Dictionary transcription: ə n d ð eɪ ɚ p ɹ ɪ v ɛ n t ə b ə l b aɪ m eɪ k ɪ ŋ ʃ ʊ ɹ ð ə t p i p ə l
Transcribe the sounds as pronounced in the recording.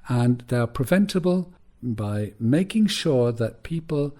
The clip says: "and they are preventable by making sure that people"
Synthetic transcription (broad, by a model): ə n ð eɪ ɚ p ɹ ɪ v ɛ n t ə b ə l b aɪ m eɪ k ɪ ŋ ʃ ʊ ɹ ð ə t p i p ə l